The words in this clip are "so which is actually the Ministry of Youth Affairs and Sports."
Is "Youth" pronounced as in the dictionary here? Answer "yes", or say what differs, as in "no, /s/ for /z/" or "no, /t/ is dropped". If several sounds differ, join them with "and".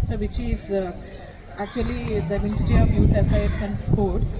no, /t/ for /θ/